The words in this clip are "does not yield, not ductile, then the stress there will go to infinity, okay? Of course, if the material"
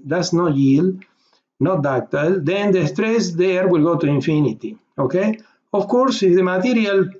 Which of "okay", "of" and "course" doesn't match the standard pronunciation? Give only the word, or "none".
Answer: of